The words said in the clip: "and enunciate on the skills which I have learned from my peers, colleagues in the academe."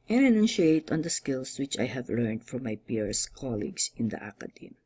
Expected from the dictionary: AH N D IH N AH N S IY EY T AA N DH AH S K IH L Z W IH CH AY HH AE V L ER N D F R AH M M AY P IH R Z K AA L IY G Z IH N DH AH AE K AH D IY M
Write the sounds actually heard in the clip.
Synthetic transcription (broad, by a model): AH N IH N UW N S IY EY T AA N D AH S K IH L S W IH CH AY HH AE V L ER N D F R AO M M AY P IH R S K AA L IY G S IH N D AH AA K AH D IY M